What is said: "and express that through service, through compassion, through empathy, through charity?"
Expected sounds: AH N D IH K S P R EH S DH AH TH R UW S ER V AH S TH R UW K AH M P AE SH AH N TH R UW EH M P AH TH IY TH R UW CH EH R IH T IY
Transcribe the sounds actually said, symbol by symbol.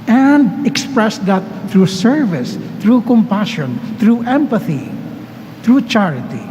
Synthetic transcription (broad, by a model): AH N D IH K S P R EH S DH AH T R UW S ER V AH S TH R UW K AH M P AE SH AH N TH R UW EH M P AH TH IY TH R UW CH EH R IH T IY